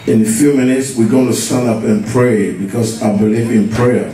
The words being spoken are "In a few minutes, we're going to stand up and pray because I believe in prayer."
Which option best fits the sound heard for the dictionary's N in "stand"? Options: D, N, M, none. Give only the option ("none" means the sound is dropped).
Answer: N